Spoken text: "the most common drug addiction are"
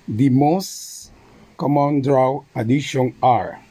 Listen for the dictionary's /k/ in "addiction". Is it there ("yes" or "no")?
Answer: no